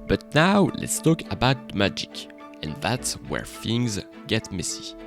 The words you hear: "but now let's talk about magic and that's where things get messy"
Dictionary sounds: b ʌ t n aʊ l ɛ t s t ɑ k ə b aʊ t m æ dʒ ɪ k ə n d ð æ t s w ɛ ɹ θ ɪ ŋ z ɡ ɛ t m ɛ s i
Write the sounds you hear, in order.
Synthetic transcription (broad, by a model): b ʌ t n aʊ l ɛ t s t ɑ k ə b aʊ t m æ dʒ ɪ k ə n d ð æ t s w ɛ ɹ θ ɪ ŋ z ɡ ɛ t m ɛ s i